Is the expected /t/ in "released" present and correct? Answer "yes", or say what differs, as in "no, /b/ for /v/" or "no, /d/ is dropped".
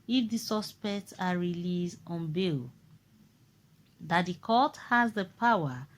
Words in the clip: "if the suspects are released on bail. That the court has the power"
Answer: no, /t/ is dropped